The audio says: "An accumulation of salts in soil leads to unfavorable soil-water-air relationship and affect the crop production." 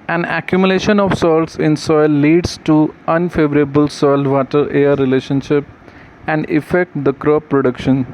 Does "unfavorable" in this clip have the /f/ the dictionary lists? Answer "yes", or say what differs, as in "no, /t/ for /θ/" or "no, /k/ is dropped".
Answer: yes